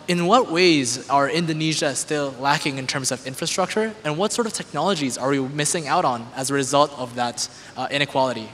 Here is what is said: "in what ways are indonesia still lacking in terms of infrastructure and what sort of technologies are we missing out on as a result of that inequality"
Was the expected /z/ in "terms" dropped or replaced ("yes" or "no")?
no